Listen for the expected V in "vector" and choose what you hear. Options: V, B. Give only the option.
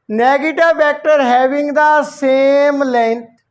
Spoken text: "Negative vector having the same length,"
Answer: B